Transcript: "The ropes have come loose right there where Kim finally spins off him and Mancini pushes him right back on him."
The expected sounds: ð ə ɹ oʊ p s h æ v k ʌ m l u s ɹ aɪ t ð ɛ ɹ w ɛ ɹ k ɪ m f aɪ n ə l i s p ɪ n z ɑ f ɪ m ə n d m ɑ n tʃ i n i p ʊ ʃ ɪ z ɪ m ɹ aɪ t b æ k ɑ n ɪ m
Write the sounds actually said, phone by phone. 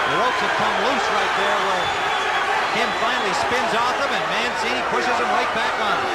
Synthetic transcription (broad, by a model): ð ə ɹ oʊ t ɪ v k ʌ m l u s ɹ aɪ t ð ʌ ɹ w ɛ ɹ k ɪ m f aɪ n l i s p ɪ n z ɑ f ɪ m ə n m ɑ n s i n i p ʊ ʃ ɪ z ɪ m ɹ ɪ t b æ k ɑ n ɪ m